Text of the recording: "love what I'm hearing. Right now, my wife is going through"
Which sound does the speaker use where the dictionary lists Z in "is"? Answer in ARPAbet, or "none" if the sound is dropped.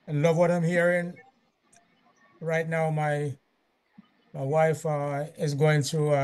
Z